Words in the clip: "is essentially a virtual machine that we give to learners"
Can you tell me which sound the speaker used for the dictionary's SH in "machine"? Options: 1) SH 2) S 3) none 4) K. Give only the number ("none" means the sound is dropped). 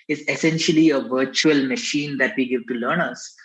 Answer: 1